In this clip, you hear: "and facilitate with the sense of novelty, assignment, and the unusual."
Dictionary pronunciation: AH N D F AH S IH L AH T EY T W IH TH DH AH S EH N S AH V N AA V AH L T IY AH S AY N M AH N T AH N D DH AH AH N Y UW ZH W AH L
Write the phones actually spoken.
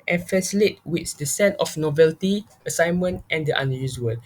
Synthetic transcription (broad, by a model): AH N F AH S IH L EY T W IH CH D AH S EH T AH F N AA V AH L T IY AH S AY N M AH N T AH N D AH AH N Y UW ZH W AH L